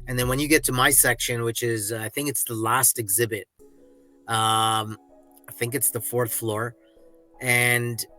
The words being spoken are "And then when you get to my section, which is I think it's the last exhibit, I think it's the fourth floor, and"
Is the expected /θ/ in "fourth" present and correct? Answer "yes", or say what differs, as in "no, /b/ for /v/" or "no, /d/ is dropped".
yes